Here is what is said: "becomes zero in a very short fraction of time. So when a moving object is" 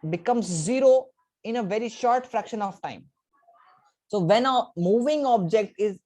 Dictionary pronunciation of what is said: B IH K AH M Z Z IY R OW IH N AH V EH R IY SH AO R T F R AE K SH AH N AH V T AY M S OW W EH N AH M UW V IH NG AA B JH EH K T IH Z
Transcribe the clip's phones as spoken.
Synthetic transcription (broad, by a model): B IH K AH M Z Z IY R OW IH N AH V EH R IY SH AO R T F R AE K SH AH N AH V T AY M S OW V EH N AH M UW V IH NG AA B JH EH K T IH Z